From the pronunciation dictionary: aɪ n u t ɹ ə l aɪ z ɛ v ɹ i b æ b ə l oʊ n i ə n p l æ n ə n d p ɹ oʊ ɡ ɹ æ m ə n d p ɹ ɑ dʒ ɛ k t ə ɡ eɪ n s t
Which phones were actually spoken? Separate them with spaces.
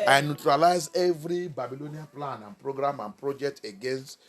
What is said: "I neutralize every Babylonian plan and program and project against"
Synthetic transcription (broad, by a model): aɪ n u t ɹ ə l aɪ z ɛ v ɹ i b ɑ b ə l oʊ n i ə p l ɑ n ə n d p ɹ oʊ ɡ ɹ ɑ m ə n p ɹ ɑ dʒ ɛ k t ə ɡ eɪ n s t